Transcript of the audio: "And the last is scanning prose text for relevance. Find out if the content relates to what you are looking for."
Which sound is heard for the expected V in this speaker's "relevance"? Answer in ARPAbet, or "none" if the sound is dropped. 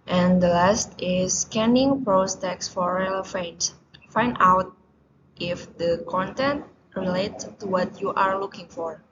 F